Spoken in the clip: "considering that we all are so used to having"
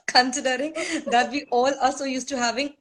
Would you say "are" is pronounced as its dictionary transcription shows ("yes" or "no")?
no